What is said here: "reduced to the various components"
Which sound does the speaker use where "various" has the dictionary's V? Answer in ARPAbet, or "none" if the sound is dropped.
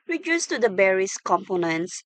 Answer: B